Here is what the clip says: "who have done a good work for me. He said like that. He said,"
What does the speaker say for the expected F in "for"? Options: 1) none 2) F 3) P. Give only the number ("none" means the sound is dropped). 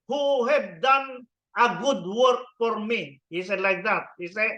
2